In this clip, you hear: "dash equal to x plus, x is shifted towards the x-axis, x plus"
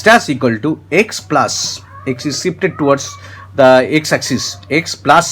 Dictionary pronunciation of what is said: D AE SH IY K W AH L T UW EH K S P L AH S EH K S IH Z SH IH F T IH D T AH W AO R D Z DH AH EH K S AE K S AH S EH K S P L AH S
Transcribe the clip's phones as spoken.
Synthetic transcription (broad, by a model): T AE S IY K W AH L T UW EH K S P L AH S EH K S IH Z S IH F T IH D T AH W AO R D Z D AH EH K S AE K S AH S EH K S P L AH S